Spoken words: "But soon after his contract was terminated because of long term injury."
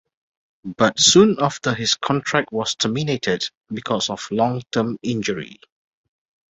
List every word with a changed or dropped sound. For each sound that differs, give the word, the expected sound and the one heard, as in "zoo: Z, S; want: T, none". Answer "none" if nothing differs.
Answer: his: Z, S; was: Z, S; because: Z, S